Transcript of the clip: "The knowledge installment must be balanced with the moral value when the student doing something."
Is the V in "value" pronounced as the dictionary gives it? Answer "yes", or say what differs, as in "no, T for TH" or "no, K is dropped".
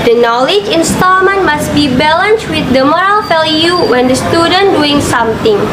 no, F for V